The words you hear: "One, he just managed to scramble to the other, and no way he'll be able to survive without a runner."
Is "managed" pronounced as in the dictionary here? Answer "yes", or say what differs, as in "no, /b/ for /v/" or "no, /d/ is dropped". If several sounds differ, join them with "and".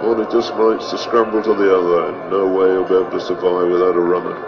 no, /n/ is dropped